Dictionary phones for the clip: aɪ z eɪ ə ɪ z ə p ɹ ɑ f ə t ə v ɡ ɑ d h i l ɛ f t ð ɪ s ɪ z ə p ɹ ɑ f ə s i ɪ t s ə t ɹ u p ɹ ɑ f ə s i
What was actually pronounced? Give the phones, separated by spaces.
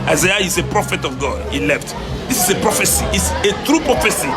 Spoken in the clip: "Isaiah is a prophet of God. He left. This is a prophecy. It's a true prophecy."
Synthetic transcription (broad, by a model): aɪ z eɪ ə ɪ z ə p ɹ ɑ f ə t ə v ɡ ɑ d h i l ɛ f t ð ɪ s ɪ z ə p ɹ ɑ f ə s i ɪ t s ə t ɹ u p ɹ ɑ f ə s i